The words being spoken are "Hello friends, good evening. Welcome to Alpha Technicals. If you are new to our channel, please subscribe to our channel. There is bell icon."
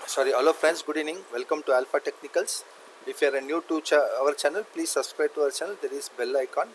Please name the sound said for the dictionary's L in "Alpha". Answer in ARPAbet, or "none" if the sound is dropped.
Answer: L